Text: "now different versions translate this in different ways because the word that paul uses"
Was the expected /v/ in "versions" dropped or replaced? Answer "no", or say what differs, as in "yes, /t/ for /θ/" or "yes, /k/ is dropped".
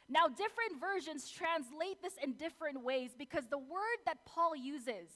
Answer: no